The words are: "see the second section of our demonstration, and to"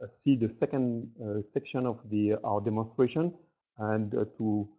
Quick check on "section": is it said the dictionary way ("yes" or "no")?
yes